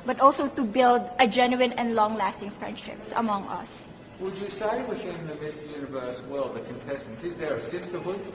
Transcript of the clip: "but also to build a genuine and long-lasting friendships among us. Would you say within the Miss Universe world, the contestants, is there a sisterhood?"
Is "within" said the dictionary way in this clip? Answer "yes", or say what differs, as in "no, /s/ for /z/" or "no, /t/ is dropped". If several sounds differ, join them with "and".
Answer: no, /f/ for /θ/